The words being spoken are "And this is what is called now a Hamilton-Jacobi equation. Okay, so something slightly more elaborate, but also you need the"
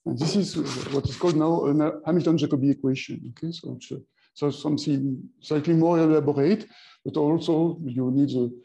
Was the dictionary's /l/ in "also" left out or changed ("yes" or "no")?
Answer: no